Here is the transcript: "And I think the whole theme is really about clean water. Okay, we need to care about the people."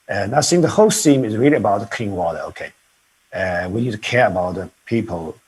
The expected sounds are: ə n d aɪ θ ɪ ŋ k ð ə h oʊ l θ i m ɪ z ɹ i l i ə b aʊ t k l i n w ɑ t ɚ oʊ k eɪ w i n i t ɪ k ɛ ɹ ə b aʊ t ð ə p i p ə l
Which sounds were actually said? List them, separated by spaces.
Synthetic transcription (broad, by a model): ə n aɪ s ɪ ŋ ð ə h oʊ l s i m ɪ z ɹ i l i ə b aʊ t k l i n w ɑ t ɚ oʊ k eɪ w i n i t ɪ k ɛ ɹ ə b aʊ t ð ə p i p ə l